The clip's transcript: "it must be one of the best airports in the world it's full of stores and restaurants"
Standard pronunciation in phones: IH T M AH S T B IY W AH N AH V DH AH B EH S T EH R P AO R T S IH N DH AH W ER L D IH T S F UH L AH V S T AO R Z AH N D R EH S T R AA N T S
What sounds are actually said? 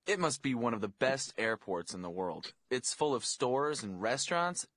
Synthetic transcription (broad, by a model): IH T M AH S T B IY W AH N AH V DH AH B EH S T EH R P AO R T S IH N DH AH W ER L D IH T S F UH L AH V S T AO R Z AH N R EH S T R AA N T S